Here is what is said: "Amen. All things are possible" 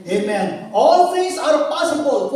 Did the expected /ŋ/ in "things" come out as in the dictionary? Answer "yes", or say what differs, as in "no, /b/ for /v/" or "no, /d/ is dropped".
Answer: no, /ŋ/ is dropped